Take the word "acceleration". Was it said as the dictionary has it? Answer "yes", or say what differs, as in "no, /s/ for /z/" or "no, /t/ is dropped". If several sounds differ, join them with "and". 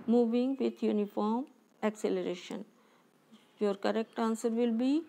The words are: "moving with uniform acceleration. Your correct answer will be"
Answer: yes